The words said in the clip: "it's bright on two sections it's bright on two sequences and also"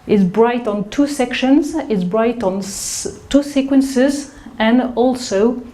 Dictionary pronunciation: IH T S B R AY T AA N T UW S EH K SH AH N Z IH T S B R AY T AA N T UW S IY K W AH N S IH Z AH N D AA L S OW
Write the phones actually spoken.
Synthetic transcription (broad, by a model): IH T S B R AY T AA N T UW S EH K SH AH N Z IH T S B R AY T AA N T UW S IY K W AH N S IH Z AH N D AA L S OW